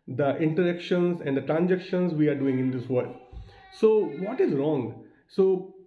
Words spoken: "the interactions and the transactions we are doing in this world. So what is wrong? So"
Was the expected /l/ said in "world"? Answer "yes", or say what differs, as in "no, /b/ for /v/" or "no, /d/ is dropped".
no, /l/ is dropped